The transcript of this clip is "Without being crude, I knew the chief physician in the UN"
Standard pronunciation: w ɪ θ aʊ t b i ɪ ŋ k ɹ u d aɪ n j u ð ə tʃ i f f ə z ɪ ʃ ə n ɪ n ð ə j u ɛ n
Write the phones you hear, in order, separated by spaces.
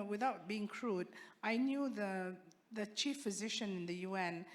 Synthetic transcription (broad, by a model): w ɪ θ aʊ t b i ɪ ŋ k ɹ u d aɪ n j u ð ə tʃ i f f ə z ɪ ʃ ə n ɪ n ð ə j u ɛ n